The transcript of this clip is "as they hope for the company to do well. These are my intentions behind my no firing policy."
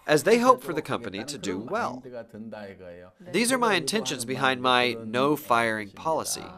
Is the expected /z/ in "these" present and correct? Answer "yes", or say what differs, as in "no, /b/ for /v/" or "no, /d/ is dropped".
yes